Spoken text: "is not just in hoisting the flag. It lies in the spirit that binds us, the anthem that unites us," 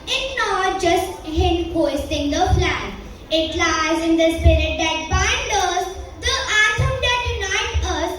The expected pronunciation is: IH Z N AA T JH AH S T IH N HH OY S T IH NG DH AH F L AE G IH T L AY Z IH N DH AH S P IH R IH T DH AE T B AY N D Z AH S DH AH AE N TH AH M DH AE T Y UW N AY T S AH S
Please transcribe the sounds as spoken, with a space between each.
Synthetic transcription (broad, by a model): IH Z N AA T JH AH S T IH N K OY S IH NG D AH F L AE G IH T L AY Z IH N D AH S P IH R IH T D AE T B AY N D AH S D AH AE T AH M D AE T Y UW N AY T AH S